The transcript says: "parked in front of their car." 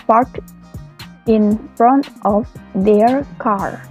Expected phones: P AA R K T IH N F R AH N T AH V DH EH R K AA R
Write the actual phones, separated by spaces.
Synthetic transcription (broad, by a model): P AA R T IH N F R AH N T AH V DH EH R K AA R